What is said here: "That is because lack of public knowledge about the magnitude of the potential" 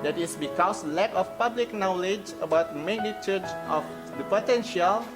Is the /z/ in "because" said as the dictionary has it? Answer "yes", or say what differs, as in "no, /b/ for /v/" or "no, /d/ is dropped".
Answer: no, /s/ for /z/